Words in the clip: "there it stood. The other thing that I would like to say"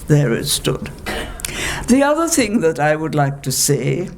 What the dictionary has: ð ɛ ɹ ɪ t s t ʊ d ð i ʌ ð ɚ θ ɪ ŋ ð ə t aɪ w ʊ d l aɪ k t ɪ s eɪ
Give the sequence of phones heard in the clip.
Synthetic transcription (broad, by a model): ð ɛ ɹ ɪ t s t ʊ d ð i ʌ ð ɚ θ ɪ ŋ ð ə t aɪ w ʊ d l aɪ k t ɪ s eɪ